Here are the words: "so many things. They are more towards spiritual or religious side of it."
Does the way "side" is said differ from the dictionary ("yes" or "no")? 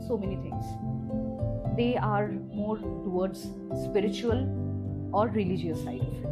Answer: yes